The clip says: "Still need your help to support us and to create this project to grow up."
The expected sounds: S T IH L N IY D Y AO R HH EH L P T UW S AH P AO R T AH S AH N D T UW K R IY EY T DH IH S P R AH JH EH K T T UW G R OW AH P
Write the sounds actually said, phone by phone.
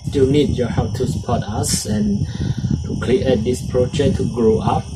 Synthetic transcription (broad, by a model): S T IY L N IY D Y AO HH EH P T UW S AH P AO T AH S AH N T UW K L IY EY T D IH S P R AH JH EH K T T UW G R OW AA P